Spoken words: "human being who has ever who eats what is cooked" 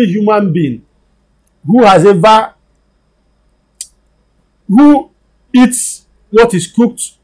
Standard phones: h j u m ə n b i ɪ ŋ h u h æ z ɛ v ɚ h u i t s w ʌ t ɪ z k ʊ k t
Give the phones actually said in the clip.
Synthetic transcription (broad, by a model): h j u m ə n b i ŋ h u h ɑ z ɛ v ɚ h u i t s w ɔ t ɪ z k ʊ k t